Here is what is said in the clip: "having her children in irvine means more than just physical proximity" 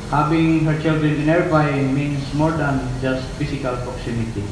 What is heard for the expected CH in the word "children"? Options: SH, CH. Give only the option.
CH